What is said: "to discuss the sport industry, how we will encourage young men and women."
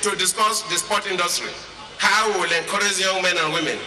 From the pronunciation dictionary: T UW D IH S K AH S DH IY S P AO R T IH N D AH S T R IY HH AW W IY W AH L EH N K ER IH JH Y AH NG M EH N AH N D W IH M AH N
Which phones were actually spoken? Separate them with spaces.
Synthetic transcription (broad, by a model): T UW D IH S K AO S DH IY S P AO T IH N D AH S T R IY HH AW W W AH L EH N K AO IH Z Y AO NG M EH N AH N W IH M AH N